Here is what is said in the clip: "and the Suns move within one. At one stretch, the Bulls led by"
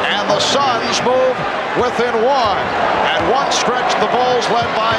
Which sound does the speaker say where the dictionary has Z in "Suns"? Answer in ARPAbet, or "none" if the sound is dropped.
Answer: Z